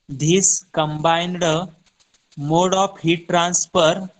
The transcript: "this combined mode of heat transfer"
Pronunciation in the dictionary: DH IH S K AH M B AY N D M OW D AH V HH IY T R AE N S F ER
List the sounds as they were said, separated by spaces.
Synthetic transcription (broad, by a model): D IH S K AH M B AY N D M OW D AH P HH IY T R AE N S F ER